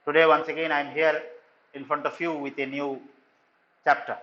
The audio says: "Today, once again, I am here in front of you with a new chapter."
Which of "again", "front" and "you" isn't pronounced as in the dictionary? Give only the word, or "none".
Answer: none